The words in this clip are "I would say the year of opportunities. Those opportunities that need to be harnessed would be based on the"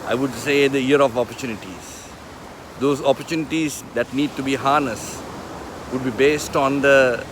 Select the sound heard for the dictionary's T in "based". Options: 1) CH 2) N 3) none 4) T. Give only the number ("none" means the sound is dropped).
4